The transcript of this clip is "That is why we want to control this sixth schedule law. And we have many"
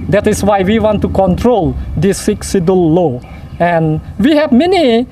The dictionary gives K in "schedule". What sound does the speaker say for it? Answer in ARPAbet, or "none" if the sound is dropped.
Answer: none